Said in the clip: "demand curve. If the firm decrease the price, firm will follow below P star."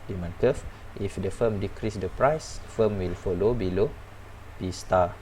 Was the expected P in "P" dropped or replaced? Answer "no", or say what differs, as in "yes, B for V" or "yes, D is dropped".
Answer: yes, B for P